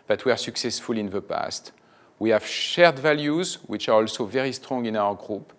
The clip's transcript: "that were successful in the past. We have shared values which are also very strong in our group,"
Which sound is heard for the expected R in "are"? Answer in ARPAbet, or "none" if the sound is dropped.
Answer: R